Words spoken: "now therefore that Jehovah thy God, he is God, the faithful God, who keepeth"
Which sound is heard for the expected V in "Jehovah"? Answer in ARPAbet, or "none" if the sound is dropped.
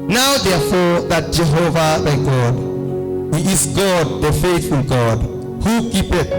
V